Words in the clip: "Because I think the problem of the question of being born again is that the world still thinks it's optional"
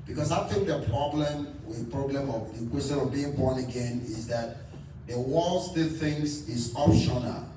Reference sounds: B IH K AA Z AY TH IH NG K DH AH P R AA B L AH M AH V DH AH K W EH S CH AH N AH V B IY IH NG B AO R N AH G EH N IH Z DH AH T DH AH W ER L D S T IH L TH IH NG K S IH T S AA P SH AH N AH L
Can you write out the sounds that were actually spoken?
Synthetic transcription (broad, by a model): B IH K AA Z AY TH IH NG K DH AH P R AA B L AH M AH V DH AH K W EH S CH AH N AH V B IY IH NG B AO N AH G EH N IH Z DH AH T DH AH W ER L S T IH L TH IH NG S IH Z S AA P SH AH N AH